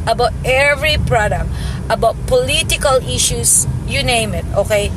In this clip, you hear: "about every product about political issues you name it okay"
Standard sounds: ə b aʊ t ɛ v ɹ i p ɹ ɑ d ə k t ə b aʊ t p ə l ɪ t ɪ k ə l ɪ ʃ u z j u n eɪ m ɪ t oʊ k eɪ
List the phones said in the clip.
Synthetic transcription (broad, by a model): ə b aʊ t ɛ v ɹ i p ɹ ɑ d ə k t ə b aʊ t p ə l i t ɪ k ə l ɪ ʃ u s j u n eɪ m ɪ t oʊ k eɪ